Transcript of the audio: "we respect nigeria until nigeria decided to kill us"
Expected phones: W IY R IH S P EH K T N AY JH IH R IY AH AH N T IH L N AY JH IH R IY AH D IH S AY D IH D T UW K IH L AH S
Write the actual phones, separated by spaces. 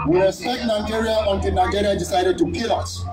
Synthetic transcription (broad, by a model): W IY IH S EH T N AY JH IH R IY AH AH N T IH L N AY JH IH R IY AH D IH S AY D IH D T UW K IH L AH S